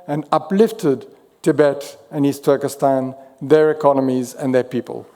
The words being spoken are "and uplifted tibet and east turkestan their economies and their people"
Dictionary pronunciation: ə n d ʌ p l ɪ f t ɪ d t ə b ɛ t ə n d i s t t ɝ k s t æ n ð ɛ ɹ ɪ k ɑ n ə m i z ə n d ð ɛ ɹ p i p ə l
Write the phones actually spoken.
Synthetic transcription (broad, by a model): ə n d ʌ p l ɪ f t ɪ d t ə b ɛ t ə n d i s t t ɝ k s t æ n ð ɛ ɹ ɪ k ɑ n ə m i z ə n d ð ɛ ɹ p i p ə l